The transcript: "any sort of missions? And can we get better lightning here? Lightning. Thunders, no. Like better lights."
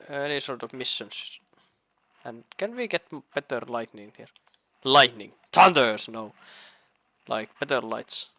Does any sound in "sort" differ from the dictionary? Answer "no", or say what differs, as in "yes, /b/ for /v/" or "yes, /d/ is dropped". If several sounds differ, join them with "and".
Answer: no